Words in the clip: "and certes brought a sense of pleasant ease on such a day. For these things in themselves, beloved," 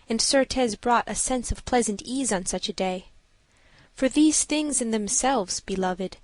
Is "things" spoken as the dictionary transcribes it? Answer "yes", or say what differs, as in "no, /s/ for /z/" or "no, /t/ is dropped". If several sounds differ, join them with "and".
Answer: yes